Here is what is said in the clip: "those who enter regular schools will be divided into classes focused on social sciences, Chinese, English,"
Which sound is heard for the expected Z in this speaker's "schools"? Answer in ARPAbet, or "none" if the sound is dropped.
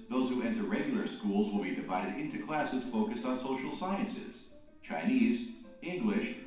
Z